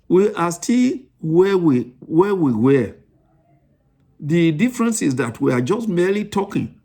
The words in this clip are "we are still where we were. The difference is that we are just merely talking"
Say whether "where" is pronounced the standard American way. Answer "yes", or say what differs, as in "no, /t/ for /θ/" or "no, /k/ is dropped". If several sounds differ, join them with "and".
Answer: no, /w/ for /ɹ/